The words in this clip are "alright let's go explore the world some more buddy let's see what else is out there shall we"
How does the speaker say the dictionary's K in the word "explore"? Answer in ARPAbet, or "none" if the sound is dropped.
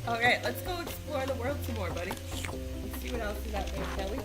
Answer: none